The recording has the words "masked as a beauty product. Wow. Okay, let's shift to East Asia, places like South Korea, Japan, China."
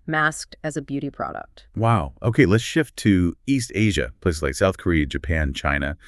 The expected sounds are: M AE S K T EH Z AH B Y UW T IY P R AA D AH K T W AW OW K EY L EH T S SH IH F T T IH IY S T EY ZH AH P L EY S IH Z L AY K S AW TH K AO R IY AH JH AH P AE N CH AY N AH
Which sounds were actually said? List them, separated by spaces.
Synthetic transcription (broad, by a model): M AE S K T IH Z AH B Y UW T IY P R AA D AH K T W AW OW K EY L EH T S SH IH F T T IH IY S T EY ZH AH P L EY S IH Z L AY K S AW TH K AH R IY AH JH AH P AE N CH AY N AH